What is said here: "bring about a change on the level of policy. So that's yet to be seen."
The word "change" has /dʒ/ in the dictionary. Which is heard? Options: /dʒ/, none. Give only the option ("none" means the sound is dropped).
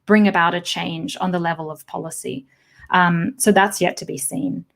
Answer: /dʒ/